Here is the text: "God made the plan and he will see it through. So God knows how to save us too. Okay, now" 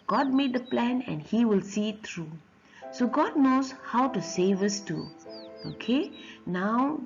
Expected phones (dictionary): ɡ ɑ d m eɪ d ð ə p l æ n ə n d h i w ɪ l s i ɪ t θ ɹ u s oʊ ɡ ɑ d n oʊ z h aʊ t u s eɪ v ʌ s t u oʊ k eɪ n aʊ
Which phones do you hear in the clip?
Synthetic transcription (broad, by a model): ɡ ɑ d m eɪ d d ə p l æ n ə n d h i w ɪ l s i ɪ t t ɹ u s oʊ ɡ ɑ d n oʊ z h aʊ t u s eɪ v ʌ s t u oʊ k eɪ n aʊ